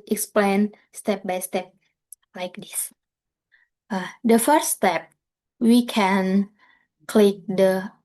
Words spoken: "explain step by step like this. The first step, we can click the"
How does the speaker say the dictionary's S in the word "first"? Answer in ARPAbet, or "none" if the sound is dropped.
none